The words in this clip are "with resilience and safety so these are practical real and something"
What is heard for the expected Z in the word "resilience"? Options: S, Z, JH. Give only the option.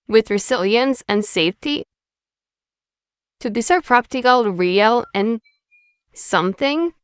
S